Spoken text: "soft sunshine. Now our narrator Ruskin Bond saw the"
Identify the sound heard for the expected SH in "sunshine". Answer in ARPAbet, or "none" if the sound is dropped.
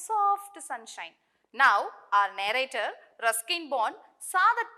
SH